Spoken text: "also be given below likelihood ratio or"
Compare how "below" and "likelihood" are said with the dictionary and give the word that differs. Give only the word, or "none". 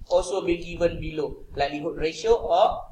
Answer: likelihood